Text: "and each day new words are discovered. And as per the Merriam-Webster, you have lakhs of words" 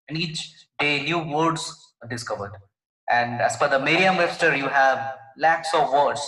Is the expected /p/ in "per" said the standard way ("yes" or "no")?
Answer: no